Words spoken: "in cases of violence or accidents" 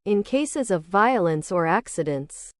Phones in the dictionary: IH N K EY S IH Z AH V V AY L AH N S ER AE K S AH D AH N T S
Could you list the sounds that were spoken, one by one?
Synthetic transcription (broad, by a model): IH N K EY S IH Z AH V V AY L AH N S ER AE K S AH D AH N T S